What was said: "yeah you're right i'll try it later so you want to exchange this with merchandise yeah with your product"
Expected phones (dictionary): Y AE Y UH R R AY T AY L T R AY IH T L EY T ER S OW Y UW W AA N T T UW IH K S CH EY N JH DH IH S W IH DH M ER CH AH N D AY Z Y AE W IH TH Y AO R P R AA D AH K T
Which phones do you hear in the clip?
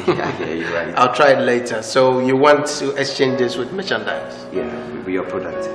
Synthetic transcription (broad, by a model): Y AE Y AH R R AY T AY L T R AY IH T L EY T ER S OW Y UW W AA N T T UW IH K S CH EY N JH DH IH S W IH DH M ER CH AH N D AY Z Y AE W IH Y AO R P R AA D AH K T